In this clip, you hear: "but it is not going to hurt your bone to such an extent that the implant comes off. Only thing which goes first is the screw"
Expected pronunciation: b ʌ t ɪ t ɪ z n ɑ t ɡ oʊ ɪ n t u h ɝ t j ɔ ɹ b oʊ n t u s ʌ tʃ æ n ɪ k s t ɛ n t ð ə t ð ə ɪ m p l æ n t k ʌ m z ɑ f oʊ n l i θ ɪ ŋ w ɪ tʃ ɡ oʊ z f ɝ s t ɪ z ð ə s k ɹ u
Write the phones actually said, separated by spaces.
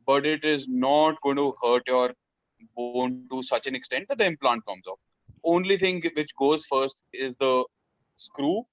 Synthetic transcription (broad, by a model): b ʌ t ɪ t ɪ z n ɑ t ɡ oʊ ɪ n t u h ɝ t j ɔ ɹ b oʊ n t u s ʌ tʃ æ n ɪ k s t ɛ n t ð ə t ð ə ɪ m p l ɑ n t k ʌ m z ɑ f oʊ n l i t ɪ ŋ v ɪ tʃ ɡ oʊ z f ɝ s t ɪ z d ə s k ɹ u